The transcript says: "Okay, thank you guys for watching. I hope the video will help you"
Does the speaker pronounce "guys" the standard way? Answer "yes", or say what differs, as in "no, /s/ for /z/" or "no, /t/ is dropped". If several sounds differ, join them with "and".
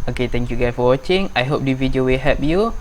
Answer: no, /z/ is dropped